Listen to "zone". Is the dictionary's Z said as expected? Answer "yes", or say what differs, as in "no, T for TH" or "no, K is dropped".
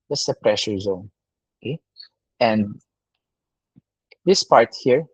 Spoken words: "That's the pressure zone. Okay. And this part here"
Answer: yes